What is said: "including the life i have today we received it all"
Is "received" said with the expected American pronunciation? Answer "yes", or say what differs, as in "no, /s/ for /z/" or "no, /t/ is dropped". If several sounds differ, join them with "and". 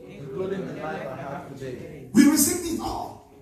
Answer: no, /d/ is dropped